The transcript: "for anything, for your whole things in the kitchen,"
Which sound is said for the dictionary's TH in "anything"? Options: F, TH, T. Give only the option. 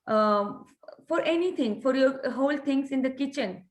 T